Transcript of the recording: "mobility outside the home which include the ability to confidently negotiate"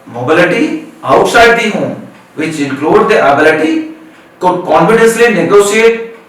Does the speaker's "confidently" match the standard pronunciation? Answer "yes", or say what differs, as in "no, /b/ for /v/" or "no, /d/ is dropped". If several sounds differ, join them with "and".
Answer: no, /s/ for /t/